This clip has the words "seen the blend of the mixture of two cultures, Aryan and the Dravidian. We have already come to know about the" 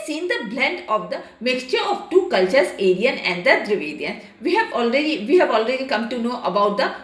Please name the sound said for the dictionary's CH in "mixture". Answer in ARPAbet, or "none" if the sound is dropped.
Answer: CH